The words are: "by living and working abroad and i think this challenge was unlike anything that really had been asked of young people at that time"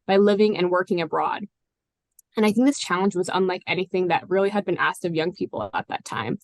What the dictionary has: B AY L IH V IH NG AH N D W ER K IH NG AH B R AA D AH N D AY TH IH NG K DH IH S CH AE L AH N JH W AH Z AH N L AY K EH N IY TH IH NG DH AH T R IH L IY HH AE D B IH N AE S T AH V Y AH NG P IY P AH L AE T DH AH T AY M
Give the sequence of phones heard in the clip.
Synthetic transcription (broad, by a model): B AY L IH V IH NG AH N W ER K IH NG AH B R AA D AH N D AY TH IH NG K DH IH S CH AE L AH N JH W AH Z AH N L AY K EH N IY TH IH NG DH AH T R IH L IY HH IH D B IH N AE S T AH V Y AH NG P IY P L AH T DH AH T AY M